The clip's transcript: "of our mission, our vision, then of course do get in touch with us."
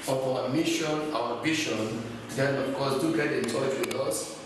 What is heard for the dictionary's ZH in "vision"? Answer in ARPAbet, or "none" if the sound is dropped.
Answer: SH